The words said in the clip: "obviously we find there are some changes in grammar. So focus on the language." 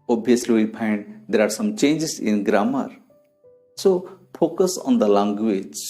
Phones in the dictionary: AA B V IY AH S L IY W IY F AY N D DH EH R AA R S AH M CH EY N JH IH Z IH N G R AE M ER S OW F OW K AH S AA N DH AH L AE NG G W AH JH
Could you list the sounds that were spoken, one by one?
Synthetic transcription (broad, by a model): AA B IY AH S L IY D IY P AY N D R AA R S AH M CH EY N JH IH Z IH N G R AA M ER S OW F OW K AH S AA N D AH L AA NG G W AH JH